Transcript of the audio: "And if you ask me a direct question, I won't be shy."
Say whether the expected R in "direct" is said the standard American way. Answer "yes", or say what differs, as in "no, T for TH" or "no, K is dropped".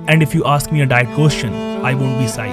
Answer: no, R is dropped